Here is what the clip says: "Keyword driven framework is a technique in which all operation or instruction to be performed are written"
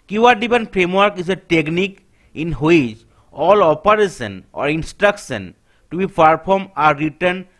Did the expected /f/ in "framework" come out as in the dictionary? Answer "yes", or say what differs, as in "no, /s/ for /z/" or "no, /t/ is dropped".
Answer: no, /p/ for /f/